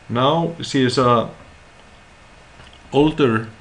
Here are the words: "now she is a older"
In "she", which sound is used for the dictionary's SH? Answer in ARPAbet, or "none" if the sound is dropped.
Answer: S